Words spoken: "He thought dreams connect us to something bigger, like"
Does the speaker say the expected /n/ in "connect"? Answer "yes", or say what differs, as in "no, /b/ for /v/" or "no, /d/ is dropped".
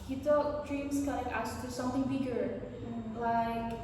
no, /n/ is dropped